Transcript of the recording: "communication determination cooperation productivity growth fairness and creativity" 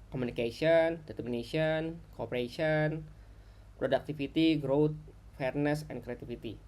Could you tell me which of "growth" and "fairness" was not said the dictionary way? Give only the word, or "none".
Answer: growth